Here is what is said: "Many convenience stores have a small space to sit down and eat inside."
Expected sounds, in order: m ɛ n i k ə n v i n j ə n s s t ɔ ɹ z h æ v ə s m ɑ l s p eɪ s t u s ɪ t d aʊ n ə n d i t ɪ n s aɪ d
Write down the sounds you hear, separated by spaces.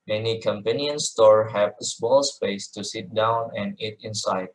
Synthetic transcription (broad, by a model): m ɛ n i k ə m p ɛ n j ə n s s t ɔ ɹ h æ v ə s m ɑ l s p eɪ s t u s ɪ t d aʊ n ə n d i t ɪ n s aɪ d